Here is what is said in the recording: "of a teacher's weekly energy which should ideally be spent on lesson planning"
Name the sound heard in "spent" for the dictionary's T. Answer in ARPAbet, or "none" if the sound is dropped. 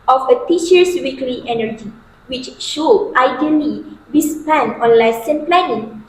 none